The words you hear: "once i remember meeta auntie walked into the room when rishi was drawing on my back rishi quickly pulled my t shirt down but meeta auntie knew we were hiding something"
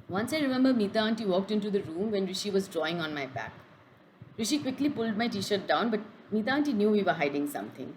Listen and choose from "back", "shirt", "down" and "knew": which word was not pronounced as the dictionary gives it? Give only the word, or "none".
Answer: none